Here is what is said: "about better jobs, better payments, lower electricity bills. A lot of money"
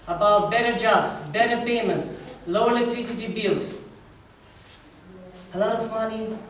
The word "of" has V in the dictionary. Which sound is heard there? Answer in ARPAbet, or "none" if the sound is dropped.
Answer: F